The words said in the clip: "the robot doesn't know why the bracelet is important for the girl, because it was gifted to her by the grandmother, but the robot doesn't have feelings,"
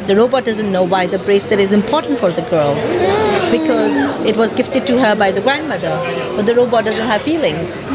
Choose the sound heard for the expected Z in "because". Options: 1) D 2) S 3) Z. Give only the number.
3